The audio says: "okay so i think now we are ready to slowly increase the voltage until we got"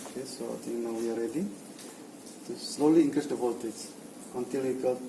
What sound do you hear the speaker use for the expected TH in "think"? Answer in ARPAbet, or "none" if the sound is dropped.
T